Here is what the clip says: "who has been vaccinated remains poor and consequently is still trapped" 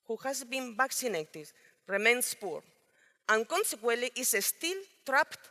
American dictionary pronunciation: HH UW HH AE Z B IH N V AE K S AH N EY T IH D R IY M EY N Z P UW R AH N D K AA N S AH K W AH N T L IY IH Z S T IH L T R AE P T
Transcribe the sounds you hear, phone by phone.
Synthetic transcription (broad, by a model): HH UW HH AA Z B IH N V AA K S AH N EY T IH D R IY M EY N S P UW R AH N K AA N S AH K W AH L T IY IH S T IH L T R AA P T